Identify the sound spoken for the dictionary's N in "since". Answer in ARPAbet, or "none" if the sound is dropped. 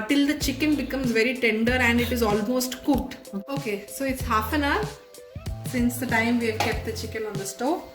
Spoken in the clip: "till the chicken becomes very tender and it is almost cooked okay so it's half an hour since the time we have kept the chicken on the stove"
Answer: N